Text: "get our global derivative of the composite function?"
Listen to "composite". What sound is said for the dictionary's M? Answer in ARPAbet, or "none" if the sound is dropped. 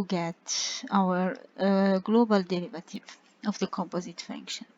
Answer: M